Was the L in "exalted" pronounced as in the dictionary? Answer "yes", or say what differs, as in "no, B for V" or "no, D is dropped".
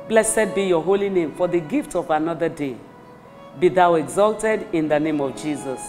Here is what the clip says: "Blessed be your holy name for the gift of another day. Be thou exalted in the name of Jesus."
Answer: yes